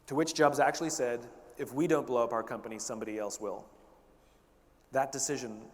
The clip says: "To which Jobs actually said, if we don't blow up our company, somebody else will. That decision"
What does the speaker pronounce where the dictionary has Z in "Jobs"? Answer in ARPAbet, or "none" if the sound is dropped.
Z